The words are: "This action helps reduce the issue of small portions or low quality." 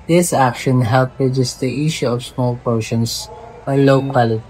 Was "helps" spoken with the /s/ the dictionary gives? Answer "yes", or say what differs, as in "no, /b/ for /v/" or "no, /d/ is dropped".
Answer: no, /s/ is dropped